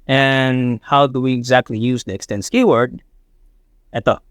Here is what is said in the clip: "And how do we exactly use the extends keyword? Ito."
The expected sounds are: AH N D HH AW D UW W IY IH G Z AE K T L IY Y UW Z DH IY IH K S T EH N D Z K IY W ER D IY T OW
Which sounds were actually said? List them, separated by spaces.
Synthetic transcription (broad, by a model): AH N HH AW D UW W IY IH G Z AE K T L IY Y UW Z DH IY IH K S T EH N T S K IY W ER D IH T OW